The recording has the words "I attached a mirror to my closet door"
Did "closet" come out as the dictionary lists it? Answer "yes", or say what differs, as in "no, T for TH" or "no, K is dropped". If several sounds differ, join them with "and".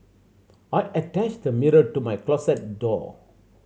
no, S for Z